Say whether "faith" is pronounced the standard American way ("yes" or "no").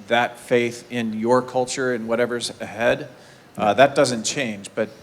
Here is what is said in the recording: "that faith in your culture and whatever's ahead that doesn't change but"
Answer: yes